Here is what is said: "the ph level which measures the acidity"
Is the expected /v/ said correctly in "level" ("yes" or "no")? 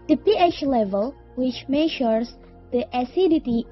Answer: yes